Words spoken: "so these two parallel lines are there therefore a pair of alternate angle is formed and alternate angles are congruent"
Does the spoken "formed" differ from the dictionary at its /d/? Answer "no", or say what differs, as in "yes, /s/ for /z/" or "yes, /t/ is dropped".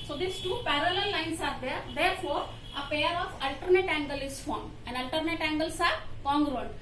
yes, /d/ is dropped